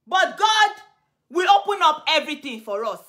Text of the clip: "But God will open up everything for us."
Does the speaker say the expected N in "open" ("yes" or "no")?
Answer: yes